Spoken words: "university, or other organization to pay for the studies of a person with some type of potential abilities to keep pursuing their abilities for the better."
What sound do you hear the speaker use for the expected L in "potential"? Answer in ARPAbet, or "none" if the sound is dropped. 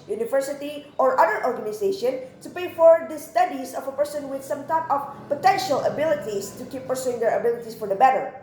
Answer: L